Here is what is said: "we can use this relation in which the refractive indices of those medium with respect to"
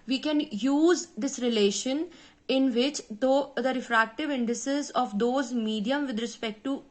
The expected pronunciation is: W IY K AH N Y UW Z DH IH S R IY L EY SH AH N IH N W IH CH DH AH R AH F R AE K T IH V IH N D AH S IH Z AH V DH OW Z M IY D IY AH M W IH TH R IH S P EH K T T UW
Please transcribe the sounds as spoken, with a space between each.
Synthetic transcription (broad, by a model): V IY K AH N Y UW Z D IH S R IY L EY SH AH N IH N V IH CH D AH R AH F R AE K T IH V IH N D AH S IH Z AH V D OW Z M IY D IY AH M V IH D R IH S P EH K T T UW